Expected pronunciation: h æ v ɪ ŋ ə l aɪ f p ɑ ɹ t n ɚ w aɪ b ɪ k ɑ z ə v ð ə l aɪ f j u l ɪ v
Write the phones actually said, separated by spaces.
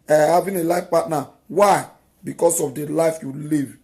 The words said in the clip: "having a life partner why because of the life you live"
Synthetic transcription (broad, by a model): h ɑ v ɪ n ə l aɪ f p ɑ t n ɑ w aɪ b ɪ k ɑ s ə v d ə l aɪ f j u l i v